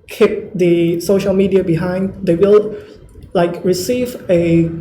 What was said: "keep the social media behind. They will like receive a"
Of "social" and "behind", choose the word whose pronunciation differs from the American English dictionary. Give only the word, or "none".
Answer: none